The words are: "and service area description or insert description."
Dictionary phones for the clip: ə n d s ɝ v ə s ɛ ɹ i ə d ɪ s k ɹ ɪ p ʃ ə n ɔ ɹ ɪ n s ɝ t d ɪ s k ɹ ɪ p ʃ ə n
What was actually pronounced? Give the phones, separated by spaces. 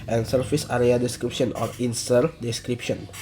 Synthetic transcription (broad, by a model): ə n s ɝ f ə s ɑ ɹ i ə d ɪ s k ɹ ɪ p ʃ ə n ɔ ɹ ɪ n s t d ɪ s k ɹ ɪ p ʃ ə n